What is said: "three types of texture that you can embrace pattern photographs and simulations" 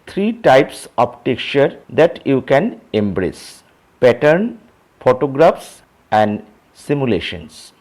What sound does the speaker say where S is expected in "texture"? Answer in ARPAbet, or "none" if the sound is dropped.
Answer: none